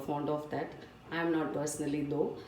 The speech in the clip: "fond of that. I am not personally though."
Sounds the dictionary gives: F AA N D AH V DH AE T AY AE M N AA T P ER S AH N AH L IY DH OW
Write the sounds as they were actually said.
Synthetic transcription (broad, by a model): F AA N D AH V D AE T AY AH M N AA T P ER S AH N AH L IY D OW